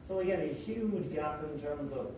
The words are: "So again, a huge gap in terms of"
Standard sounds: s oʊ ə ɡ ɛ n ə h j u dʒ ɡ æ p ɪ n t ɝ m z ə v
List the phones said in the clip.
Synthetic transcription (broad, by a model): s oʊ ə ɡ ɛ n ə h j u dʒ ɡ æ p ɪ n t ɝ m z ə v